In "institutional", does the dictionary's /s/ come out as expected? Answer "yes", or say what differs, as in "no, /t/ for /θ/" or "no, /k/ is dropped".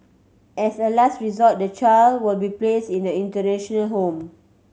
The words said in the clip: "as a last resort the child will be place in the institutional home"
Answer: no, /s/ is dropped